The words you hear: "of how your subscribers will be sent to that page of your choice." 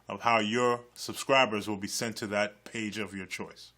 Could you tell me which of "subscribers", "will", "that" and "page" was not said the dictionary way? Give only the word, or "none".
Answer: none